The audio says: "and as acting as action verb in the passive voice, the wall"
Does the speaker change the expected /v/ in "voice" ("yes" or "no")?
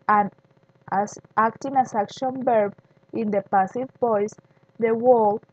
yes